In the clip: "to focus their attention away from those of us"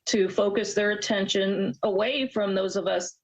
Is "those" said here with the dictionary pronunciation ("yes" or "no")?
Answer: yes